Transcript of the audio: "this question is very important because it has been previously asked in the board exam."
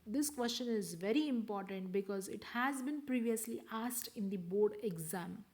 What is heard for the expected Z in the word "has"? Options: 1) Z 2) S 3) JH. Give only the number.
1